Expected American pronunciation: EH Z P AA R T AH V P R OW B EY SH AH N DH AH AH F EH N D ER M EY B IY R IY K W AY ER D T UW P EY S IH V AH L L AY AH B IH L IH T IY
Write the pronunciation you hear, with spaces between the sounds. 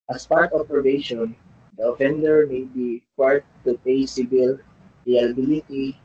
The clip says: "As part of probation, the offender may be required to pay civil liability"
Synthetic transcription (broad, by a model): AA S P AA R T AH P OW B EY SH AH N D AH AH F EH N D ER M EY B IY IY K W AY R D T UW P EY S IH B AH L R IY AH B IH L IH T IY